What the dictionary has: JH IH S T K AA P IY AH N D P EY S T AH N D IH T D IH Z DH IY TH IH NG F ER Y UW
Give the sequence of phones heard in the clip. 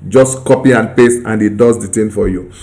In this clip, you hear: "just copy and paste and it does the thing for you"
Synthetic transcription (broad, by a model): JH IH S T K AA P IY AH N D P EY S AH N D IH T D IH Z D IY T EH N F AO Y UW